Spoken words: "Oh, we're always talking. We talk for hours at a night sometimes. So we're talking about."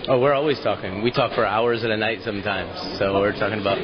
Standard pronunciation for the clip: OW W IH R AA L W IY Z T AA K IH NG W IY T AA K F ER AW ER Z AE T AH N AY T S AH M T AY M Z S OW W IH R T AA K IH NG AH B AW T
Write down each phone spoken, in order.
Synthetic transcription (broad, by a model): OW W IH R AA L W IY Z T AA K IH NG W IY T AA K F ER AW ER Z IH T AH N AY T S AH M T AY M Z S OW W IH R T AA K IH NG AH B AW T